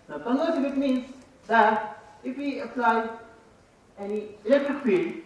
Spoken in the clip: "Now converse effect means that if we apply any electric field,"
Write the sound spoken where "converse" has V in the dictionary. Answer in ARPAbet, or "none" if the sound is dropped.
none